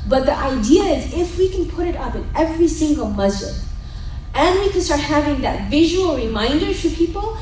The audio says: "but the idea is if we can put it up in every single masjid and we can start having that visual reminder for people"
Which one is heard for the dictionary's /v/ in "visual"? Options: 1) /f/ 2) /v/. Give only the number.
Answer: 2